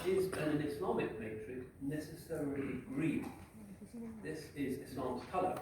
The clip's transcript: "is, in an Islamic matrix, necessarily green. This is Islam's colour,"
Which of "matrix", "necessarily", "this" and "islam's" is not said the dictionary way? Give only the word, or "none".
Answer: matrix